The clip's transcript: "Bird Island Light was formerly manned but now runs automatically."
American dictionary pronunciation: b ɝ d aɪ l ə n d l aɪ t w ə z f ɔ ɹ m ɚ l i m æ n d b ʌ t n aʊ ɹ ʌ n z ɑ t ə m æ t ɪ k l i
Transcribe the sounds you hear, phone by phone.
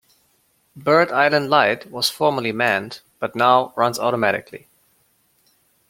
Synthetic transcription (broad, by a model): b ɝ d aɪ l ə n d l aɪ t w ə z f ɔ ɹ m ɚ l i m æ n d b ʌ t n aʊ ɹ ʌ n z ɑ t ə m æ t ɪ k l i